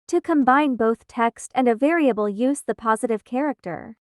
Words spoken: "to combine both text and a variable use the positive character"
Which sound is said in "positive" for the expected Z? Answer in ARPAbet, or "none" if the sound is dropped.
Z